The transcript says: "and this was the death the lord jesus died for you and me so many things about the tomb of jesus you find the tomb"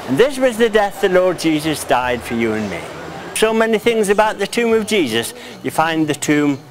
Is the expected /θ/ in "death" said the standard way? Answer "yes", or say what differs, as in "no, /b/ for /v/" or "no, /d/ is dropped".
yes